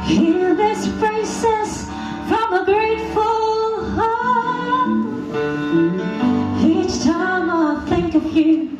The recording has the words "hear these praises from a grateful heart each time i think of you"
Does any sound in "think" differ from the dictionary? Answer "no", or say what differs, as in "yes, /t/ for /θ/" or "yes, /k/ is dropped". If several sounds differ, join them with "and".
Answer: no